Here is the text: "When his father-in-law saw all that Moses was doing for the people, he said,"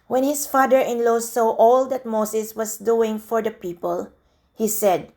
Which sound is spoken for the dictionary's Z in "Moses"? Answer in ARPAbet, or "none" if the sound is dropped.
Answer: S